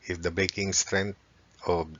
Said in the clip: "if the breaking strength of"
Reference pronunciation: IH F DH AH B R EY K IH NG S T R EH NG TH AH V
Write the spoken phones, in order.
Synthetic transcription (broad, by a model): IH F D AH B EY K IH NG S T R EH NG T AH